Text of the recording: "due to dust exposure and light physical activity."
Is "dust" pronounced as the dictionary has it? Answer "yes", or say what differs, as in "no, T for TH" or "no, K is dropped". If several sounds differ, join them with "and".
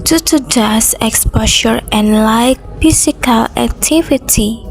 no, T is dropped